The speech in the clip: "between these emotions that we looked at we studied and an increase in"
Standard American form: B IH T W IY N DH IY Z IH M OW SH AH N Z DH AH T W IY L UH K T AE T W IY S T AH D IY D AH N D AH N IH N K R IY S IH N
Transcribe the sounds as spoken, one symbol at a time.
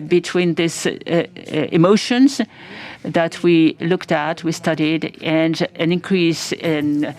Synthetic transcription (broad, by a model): B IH T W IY N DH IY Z IH M OW SH AH N Z DH AH T W IY L UH K T AE T W IY S T AH D IY D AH N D AH N IH N K R IY S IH N